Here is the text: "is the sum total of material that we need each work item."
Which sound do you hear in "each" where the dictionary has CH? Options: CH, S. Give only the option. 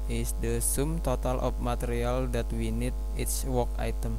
S